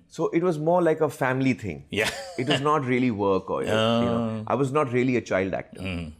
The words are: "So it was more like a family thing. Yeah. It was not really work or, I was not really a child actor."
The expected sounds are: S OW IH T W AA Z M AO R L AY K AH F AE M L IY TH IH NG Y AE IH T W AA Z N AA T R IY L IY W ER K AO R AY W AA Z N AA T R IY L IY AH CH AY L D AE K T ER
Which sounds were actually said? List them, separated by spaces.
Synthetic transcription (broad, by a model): S OW IH T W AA Z M AO R L AY K AH F AE M L IY T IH NG Y AE IH T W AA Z N AA T R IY L IY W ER K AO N AY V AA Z N AA T R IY L IY AH CH AY L D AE K T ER